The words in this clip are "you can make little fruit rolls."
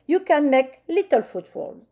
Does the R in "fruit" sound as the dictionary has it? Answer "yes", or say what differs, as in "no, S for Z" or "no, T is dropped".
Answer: no, R is dropped